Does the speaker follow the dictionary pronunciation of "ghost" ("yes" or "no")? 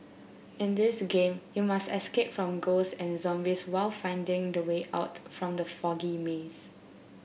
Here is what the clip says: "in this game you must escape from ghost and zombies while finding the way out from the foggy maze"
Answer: no